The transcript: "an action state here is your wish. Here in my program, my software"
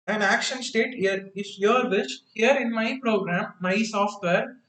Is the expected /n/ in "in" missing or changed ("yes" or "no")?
no